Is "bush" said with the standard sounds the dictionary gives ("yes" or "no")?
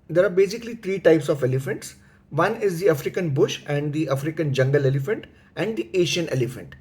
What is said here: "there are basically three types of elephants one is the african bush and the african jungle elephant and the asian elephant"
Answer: yes